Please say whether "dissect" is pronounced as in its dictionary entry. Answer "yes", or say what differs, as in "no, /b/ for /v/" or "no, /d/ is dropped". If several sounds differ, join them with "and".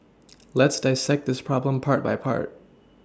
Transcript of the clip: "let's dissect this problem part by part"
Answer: yes